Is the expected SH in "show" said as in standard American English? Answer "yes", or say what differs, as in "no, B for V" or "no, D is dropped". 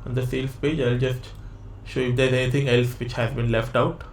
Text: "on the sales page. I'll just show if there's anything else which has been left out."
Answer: yes